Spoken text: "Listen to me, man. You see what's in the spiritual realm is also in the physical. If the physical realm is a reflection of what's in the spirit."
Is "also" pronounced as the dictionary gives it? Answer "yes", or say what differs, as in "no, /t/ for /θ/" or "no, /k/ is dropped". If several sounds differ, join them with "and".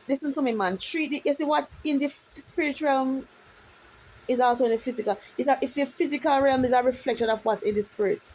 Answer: yes